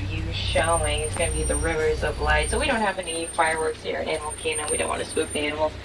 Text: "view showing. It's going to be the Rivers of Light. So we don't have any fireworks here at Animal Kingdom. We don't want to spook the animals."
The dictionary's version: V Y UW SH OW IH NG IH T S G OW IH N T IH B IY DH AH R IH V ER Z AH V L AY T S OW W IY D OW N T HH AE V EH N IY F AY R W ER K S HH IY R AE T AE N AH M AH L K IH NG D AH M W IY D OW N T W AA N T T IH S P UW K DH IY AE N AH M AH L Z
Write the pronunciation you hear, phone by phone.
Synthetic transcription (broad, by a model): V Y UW SH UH IH NG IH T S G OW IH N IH B IY DH AH R IH V ER Z AH V L AY T S OW W IY D OW N T HH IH V EH N IY F AY R W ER K S HH IY R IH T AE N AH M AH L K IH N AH W IY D OW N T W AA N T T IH S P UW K DH IY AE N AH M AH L